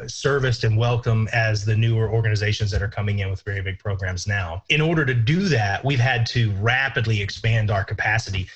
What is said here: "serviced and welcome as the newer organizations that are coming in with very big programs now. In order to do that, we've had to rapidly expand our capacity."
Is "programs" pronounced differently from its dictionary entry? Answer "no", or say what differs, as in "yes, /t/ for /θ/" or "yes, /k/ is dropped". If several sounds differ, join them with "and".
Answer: no